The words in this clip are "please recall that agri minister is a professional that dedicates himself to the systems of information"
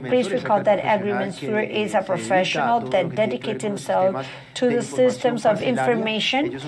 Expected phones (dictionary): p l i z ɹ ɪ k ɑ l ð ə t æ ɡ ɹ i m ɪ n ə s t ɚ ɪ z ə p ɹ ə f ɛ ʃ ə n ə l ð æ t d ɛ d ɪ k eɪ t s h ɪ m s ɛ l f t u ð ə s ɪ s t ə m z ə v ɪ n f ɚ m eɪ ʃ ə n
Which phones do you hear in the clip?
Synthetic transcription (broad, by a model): p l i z ɹ ɪ k ɑ l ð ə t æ ɡ ɹ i m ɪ n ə t ɪ z ə p ɹ ə f ɛ ʃ ə n ə l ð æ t d ɛ d ɪ k eɪ t s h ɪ m s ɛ l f t u ð ə s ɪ s t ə m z ə v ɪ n f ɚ m eɪ ʃ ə n